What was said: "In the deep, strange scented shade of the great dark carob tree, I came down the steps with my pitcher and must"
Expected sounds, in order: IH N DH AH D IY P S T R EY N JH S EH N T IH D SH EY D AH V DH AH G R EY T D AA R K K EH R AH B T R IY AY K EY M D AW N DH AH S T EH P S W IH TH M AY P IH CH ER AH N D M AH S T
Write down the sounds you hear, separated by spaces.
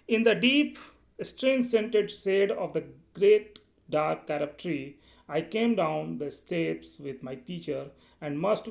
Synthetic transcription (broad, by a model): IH N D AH D IY P S T R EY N S EH N T IH D S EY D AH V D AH G R EY T D AA R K K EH R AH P T R IY AY K EY M D AW N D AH S T EH P S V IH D M AY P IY CH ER AH N D M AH S T